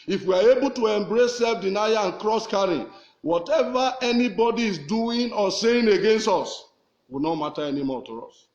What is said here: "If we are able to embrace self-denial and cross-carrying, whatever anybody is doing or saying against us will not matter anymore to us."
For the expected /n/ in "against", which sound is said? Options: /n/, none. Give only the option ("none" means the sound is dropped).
/n/